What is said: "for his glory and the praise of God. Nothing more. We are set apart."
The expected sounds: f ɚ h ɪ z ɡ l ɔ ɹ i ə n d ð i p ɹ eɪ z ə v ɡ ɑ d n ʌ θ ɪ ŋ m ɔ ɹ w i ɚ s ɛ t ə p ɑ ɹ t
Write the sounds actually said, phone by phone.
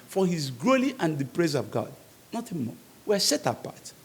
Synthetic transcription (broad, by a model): f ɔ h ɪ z ɡ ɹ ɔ l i ə n d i p ɹ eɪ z ə v ɡ ɑ d n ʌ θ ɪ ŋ m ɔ w i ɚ s ɛ t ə p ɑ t